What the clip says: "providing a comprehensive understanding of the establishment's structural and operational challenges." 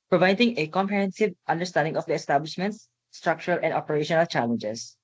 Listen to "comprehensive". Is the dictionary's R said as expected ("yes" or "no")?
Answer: no